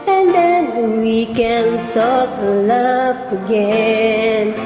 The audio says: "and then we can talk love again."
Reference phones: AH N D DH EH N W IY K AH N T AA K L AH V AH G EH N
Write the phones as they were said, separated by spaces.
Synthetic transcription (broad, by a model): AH N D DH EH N W IY K AH N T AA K L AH P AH G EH N